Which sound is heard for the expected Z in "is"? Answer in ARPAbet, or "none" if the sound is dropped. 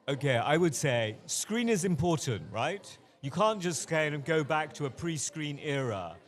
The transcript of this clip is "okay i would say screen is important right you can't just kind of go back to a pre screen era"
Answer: Z